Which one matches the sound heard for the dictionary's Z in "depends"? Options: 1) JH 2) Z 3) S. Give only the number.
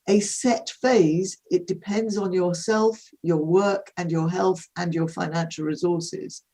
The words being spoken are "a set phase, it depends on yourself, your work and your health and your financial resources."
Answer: 2